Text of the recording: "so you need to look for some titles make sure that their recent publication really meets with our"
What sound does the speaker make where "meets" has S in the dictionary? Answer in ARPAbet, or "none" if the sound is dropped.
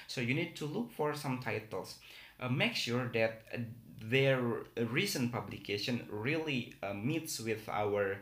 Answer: S